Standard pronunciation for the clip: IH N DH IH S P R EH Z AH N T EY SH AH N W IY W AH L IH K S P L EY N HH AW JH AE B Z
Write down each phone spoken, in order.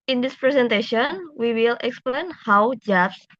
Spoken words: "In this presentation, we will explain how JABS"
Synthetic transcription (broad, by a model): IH N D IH S P R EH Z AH N T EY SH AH N W IY W AH L IH K S P L EY N HH AW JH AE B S